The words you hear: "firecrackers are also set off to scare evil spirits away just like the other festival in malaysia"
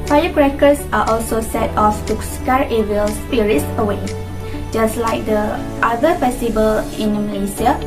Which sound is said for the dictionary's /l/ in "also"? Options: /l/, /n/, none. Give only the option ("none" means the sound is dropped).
/l/